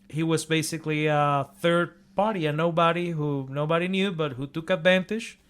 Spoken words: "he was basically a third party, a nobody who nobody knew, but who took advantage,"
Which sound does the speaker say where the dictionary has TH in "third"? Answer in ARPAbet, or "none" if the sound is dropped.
TH